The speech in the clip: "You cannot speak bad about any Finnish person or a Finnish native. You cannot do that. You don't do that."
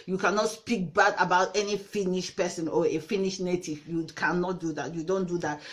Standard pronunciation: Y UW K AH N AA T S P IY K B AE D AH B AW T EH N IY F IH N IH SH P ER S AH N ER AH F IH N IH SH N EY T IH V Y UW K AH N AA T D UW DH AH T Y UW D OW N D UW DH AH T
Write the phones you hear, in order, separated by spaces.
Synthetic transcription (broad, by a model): Y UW K AH N AA T S P IY K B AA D AH B AW T EH N IY F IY N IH SH P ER S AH N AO AH F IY N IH SH N EY T IH V Y UW K AH N AA T D UW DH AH T Y UW D OW N D UW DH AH T